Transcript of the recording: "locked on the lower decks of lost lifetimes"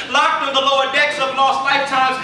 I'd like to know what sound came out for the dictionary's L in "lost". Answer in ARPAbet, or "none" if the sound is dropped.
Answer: N